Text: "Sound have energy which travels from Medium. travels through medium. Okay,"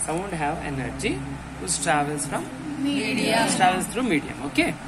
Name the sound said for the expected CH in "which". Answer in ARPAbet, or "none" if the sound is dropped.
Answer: S